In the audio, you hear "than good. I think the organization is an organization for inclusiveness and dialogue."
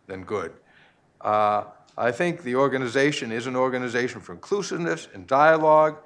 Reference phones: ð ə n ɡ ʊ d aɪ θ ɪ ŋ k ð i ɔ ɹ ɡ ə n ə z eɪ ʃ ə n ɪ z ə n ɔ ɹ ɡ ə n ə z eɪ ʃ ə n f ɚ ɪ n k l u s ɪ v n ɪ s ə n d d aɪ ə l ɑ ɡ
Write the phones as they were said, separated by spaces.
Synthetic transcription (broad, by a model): ð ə n ɡ ʊ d aɪ θ ɪ ŋ k ð i ɔ ɹ ɡ ə n ə z eɪ ʃ ə n ɪ z ə n ɔ ɹ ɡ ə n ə z eɪ ʃ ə n f ɚ ɪ n k l u s ɪ v n ɪ s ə n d d aɪ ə l ɑ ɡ